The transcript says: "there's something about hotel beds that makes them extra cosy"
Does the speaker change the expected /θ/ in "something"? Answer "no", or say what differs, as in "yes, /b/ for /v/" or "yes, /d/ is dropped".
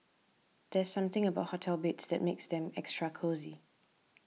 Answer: no